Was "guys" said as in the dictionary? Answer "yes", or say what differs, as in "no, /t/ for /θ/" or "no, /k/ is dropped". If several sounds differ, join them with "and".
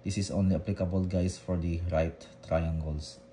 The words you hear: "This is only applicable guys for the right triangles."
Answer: no, /s/ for /z/